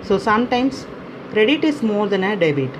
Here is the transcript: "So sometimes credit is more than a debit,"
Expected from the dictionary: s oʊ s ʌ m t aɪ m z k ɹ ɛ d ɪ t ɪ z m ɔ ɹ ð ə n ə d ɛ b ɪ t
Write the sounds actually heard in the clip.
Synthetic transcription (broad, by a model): s oʊ s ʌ m t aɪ m s k ɹ ɛ d ɪ t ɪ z m ɔ ɹ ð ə n ə d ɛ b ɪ t